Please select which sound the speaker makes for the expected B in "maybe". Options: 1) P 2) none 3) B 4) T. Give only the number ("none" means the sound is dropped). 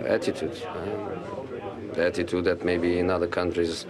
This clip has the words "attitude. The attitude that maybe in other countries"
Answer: 3